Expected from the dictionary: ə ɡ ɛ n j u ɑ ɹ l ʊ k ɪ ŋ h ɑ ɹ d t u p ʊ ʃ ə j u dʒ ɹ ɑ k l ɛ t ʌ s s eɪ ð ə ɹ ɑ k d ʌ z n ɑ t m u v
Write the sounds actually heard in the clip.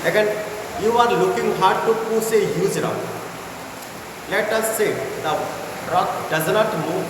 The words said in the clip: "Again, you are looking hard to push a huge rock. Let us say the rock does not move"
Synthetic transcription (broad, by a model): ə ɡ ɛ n j u ɑ ɹ l ʊ k ɪ ŋ h ɑ ɹ d t u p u s ə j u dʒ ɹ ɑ l ɛ t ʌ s s eɪ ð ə ɹ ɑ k d ʌ z n ɑ t m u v